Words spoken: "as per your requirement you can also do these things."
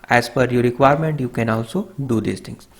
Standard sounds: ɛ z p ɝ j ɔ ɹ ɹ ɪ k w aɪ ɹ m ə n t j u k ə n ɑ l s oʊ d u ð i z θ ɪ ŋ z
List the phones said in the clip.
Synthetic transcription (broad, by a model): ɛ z f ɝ j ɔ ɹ ɹ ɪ k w aɪ ɹ m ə n t j u k ə n ɑ l s oʊ d u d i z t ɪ ŋ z